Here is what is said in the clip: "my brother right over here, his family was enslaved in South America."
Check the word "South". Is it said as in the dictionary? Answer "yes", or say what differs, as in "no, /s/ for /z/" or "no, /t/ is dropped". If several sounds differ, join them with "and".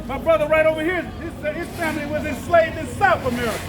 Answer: yes